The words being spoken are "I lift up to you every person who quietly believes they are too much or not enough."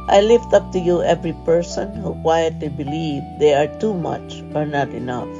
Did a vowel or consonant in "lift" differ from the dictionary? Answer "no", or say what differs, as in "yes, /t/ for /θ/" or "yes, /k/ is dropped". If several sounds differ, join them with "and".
no